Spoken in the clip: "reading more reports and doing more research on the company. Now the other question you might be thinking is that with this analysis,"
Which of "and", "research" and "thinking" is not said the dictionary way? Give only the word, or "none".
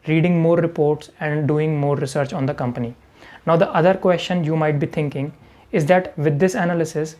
thinking